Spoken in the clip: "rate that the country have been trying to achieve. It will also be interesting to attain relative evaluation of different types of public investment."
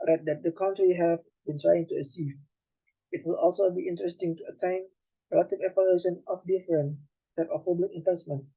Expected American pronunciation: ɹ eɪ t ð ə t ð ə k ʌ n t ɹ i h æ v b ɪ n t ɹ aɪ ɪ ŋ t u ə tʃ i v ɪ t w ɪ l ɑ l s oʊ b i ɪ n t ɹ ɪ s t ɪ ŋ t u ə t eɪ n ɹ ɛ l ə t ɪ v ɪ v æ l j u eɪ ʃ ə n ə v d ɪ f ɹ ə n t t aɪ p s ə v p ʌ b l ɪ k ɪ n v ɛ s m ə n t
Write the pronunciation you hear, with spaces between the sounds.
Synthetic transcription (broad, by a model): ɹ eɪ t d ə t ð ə k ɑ n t ɹ i h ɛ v b ɪ n t ɹ aɪ ɪ ŋ t u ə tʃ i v ɪ t w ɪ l ɑ l s oʊ b i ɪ n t ɹ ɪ s t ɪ ŋ t u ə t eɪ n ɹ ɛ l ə t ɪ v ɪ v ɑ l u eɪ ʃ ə n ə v d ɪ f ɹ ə n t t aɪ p ə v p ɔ b l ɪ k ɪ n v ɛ s m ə n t